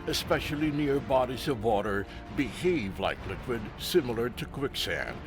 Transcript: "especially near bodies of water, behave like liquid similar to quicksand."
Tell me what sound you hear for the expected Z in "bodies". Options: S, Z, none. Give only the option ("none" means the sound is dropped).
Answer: Z